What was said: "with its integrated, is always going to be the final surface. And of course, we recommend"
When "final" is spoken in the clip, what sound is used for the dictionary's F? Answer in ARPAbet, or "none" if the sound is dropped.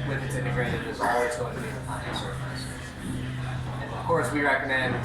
P